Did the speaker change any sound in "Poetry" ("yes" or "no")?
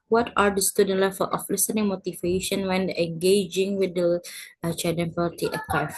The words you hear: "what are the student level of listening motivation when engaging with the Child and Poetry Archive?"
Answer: yes